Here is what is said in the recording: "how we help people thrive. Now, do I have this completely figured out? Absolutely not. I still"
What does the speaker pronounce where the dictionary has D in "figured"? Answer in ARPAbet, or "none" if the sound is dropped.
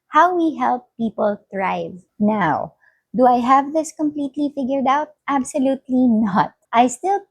D